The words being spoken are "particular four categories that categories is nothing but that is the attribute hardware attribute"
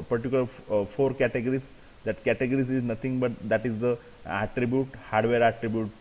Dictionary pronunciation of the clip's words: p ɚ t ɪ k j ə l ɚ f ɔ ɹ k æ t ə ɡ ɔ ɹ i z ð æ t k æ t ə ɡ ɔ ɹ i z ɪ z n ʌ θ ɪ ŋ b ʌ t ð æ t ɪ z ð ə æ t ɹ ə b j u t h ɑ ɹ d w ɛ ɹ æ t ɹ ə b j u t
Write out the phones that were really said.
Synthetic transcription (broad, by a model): p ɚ t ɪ k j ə l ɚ f ɔ ɹ k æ t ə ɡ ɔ ɹ i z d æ t k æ t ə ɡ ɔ ɹ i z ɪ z n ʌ t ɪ ŋ b ʌ t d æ t ɪ z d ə æ t ɹ ə b j u t h ɑ ɹ d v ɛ ɹ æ t ɹ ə b j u t